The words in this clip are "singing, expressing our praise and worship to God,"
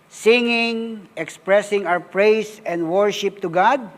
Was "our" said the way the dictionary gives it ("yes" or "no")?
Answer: no